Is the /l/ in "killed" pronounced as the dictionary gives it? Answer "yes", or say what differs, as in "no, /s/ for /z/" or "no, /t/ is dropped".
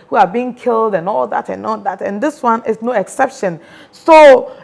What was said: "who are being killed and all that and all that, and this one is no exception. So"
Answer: yes